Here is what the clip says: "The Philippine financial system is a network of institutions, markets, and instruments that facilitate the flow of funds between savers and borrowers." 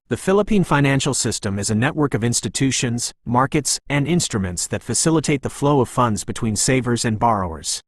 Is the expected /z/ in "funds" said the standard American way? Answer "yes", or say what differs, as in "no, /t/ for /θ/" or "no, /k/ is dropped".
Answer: yes